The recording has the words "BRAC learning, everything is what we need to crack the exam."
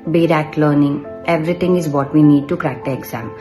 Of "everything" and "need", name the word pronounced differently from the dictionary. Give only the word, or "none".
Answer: everything